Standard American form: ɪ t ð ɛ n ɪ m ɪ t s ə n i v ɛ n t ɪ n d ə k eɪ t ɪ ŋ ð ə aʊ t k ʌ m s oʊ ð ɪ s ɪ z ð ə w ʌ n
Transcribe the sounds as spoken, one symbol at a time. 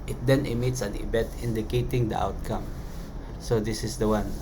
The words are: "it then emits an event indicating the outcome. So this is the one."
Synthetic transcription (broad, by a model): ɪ t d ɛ n ɪ m ɪ t s ə n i b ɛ t ɪ n d ə k eɪ t ɪ ŋ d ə aʊ t k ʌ m s oʊ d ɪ s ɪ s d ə w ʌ n